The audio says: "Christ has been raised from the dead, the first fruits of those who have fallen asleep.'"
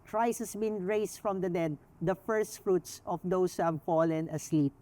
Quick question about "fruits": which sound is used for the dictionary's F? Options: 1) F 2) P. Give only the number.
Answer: 1